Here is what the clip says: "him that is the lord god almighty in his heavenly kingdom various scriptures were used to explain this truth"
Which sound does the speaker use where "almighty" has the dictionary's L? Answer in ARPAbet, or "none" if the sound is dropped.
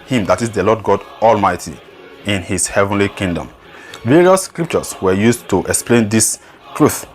L